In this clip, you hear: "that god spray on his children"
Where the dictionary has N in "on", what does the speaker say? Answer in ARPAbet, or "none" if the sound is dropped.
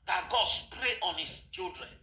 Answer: N